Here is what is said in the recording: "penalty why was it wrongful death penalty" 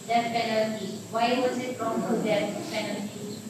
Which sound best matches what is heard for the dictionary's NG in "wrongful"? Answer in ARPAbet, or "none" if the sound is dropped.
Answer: none